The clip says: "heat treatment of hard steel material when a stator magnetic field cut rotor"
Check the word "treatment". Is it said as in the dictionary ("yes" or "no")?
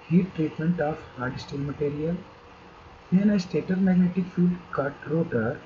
yes